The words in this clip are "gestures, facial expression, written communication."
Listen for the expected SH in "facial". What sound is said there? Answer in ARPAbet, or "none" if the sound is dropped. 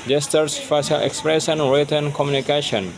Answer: S